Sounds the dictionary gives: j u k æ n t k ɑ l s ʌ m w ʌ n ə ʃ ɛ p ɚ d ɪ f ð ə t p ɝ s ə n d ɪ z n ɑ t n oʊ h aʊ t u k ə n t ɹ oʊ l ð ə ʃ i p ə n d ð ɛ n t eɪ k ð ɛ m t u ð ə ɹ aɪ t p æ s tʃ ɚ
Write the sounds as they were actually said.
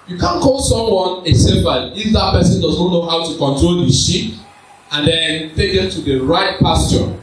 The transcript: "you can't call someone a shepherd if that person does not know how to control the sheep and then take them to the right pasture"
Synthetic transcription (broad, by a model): j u k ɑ n k ɑ l s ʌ m w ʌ n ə s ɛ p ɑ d ɪ f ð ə t p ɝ s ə n d ɪ z n ɑ t n oʊ h aʊ t u k ə n t ɹ oʊ l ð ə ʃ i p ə n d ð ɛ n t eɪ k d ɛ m t u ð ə ɹ aɪ t p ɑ s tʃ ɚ